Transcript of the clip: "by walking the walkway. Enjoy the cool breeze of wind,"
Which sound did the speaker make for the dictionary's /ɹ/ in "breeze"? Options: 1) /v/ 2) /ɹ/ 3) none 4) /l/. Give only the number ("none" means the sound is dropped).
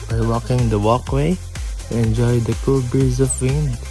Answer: 3